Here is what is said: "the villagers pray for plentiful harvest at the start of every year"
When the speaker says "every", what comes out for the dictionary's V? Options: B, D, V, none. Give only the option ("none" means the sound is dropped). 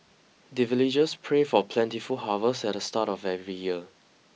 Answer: V